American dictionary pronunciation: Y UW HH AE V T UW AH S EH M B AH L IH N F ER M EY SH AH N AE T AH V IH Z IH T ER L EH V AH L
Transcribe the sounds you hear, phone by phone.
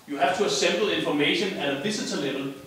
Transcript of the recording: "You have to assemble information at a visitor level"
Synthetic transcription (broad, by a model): Y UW HH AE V T UW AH S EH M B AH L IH N F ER M EY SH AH N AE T AH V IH S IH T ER L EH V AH L